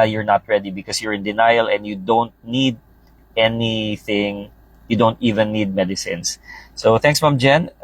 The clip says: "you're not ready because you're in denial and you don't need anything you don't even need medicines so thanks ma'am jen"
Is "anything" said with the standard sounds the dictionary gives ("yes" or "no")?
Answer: yes